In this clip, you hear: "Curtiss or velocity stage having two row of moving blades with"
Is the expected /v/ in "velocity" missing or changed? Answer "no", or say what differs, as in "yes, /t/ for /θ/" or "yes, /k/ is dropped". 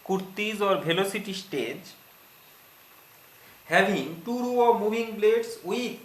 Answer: yes, /b/ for /v/